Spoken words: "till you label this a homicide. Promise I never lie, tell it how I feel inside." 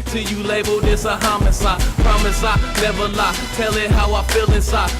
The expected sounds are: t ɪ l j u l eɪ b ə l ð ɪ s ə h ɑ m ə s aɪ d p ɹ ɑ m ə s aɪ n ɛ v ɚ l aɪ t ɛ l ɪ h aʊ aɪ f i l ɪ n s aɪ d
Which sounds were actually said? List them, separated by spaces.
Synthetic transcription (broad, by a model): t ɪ j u l eɪ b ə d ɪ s ə h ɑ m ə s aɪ p ɹ ɑ m ə s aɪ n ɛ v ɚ l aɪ t ɛ l ɪ h aʊ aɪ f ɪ l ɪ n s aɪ